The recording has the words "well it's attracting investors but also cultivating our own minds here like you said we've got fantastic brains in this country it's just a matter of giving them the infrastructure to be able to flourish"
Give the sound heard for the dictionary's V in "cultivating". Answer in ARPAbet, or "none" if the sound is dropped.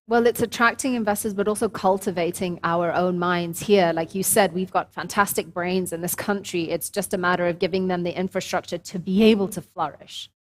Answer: V